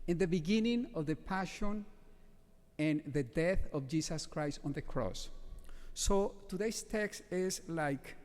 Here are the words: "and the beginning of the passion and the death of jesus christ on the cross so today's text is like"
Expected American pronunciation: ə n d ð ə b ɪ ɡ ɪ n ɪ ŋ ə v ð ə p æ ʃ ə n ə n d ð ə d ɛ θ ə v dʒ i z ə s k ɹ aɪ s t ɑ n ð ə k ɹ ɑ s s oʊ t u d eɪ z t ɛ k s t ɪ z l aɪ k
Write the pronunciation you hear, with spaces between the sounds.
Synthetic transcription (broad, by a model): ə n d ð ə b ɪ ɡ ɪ n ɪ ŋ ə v ð ə p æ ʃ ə n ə n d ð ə d ɛ θ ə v dʒ i s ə s k ɹ aɪ s t ɑ n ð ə k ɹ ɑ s s oʊ t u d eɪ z t ɛ k s t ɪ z l aɪ k